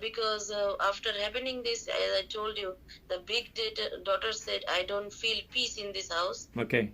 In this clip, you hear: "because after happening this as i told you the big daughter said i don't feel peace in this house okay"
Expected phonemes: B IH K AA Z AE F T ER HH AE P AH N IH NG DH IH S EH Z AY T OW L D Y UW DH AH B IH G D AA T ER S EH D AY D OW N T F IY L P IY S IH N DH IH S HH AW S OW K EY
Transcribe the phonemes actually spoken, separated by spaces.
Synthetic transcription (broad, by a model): B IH K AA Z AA F T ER HH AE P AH N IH NG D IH S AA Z AY T OW L D Y UW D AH B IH G D AA T ER S EH D AY D OW N T F IY L P IY S IH N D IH S HH AW S OW K EY